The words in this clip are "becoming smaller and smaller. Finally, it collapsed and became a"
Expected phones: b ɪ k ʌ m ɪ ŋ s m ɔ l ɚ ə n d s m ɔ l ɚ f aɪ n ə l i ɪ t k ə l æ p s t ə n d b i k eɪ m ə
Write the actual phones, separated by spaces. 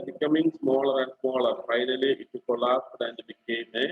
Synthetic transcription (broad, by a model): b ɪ k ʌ m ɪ ŋ s m ɔ l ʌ ə n d s m ɔ l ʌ f aɪ n ə l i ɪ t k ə l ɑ s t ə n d b i k eɪ m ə